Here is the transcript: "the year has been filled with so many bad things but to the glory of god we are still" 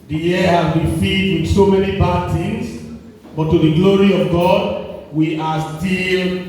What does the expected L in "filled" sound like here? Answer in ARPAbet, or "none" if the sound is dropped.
none